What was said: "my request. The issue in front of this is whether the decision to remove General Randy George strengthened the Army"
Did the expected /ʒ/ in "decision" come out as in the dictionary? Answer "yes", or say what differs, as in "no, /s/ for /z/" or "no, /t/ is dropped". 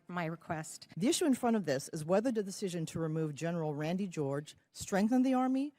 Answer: yes